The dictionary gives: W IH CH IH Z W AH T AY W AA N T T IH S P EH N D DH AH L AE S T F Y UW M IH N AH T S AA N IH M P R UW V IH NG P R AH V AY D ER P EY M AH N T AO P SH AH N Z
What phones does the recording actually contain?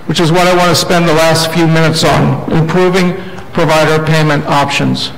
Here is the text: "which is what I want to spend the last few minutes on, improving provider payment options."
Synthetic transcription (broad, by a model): W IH CH IH Z W AH T AY W AA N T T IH S P EH N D DH AH L AE S T F Y UW M IH N AH T S N IH M P R UW V IH NG P R AH V AY D ER P EY M AH N T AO P SH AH N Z